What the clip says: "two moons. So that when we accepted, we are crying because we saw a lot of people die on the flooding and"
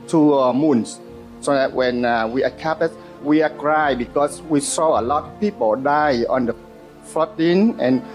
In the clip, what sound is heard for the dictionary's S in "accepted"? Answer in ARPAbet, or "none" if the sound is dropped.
none